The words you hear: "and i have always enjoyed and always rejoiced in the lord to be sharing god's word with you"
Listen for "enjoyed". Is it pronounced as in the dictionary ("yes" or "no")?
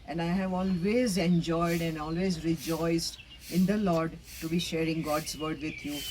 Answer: yes